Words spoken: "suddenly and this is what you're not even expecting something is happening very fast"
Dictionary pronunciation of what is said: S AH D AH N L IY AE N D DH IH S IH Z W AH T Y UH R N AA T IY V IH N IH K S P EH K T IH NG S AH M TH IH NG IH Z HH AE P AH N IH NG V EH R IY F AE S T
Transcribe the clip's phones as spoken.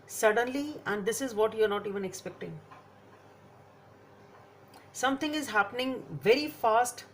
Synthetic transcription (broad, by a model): S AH D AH N L IY AE N D IH S IH Z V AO T Y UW R N AA T IY V IH N IH K S P EH K T IH NG S AH M T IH NG IH Z HH AE P AH N IH NG V EH R IY F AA S T